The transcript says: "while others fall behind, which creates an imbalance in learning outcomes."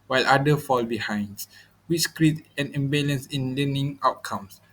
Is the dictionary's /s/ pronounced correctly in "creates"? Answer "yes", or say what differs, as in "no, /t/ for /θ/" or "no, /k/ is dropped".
no, /s/ is dropped